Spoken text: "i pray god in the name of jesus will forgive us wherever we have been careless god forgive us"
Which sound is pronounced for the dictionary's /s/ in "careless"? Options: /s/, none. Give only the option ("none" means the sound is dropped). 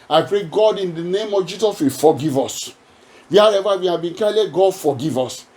none